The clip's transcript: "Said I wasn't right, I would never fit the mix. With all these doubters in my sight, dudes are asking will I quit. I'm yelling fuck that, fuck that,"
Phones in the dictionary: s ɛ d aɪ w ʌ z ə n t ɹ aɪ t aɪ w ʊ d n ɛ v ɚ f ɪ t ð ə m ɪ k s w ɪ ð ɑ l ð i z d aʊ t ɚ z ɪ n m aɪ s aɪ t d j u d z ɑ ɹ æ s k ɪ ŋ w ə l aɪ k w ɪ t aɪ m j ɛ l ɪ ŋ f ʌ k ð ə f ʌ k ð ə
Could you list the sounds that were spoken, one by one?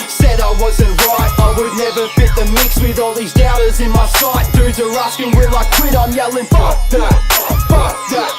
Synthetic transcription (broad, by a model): s ɛ d aɪ w ʌ z ə n t ɹ aɪ t aɪ w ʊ d n ɛ v ɚ f ɪ t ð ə m ɪ k s w ɪ ð ɑ l ð i z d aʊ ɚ z ɪ n m aɪ s aɪ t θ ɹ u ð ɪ ɹ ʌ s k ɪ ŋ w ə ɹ aɪ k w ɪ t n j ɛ l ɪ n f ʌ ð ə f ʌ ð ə